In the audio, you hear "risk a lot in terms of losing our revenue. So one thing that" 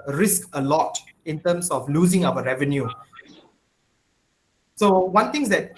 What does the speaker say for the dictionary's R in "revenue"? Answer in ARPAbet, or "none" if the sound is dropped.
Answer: R